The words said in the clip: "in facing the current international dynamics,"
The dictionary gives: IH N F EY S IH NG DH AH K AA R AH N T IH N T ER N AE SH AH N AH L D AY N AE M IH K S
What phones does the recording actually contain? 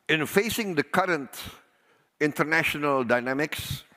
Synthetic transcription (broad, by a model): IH N F EY S IH NG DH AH K AA R AH N T IH N T ER N AE SH AH N AH L D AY N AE M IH K S